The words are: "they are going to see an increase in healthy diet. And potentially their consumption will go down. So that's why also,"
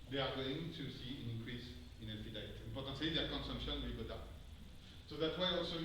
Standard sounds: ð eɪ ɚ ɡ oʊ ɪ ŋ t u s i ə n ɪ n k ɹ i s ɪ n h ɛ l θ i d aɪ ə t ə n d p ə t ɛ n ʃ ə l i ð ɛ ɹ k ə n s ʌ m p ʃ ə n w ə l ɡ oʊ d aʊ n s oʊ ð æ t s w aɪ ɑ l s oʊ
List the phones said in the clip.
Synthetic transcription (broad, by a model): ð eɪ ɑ ɡ oʊ ɪ ŋ t u s i ə n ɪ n k ɹ i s ɪ n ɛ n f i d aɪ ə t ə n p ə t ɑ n s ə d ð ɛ k ə n s ʌ m p ʃ ə n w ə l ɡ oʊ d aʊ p s oʊ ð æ t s w aɪ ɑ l s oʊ